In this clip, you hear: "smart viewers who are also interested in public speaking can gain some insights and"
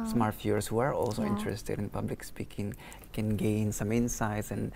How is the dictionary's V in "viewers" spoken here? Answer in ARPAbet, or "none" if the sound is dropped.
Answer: F